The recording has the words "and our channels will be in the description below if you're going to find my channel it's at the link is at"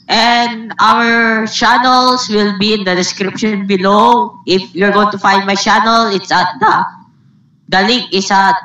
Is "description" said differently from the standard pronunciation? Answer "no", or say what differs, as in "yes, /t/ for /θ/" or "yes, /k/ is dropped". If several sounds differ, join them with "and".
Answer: no